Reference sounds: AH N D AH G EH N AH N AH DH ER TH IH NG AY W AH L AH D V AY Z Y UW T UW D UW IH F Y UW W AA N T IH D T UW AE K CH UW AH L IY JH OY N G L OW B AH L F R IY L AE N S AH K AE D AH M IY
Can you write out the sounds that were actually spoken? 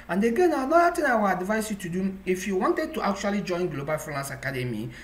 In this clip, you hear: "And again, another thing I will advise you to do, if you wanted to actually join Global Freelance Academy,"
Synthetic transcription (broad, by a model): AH N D AH G EH N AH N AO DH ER T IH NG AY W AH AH D V AY S Y UW T UW D UW IH F Y UW W AA N T IH D T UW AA K CH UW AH L IY JH OY N G L OW B AH L F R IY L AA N S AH K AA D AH M IY